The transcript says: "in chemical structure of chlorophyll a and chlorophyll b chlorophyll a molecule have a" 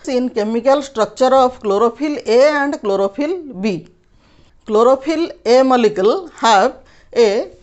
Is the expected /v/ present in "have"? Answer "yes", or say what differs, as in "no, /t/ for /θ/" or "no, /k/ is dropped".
no, /b/ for /v/